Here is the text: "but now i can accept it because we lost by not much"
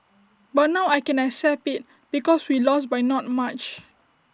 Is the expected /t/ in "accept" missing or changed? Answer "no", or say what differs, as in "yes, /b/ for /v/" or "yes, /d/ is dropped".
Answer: yes, /t/ is dropped